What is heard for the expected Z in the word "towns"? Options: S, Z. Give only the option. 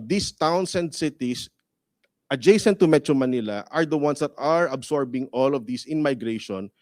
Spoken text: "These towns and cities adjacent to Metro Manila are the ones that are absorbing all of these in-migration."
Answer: S